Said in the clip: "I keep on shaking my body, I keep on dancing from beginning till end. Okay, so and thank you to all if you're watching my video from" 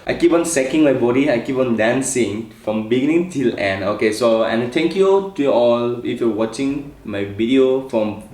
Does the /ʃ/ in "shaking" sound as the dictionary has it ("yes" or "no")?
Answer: no